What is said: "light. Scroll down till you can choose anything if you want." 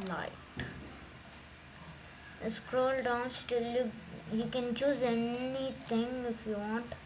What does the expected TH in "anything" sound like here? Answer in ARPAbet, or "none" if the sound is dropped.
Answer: T